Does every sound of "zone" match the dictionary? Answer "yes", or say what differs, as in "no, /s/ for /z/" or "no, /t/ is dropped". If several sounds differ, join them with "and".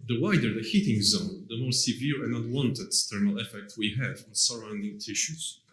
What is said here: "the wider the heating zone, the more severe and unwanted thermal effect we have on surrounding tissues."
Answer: yes